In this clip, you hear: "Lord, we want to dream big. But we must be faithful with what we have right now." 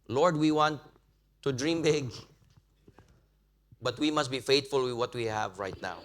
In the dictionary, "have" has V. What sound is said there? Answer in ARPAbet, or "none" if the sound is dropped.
V